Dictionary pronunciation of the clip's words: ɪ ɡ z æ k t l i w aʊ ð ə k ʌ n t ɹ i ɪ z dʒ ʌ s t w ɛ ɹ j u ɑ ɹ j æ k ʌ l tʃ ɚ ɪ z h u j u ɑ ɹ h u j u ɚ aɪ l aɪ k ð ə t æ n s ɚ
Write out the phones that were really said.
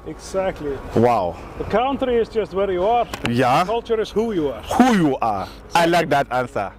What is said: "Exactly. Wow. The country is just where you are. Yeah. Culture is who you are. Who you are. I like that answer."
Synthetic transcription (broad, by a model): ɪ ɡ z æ k t l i w aʊ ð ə k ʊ n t ɹ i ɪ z dʒ ʌ s t w ɛ ɹ j u ɑ ɹ j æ k ʌ l tʃ ɚ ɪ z h u j u ɑ ɹ h u j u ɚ aɪ l aɪ k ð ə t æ n s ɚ